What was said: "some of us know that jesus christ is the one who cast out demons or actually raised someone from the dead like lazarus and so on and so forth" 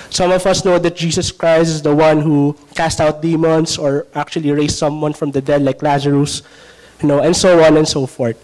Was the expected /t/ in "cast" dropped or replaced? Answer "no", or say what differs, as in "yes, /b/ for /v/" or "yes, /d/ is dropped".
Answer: no